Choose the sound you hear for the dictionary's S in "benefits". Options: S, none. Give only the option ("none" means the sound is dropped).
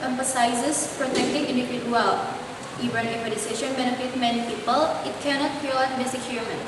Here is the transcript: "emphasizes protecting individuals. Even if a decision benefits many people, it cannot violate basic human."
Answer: none